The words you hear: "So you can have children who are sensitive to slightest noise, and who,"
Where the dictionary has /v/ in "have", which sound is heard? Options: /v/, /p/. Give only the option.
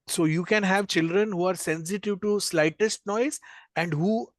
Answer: /v/